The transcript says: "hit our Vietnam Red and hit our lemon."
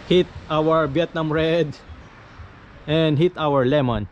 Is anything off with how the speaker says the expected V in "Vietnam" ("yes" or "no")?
yes